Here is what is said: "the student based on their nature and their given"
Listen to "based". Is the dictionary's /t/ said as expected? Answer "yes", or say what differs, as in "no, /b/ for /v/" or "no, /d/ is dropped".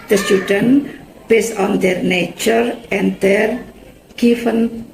no, /t/ is dropped